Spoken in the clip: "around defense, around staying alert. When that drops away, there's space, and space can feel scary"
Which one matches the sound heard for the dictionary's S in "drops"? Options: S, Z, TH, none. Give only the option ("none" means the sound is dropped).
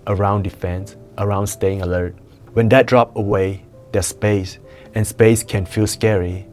none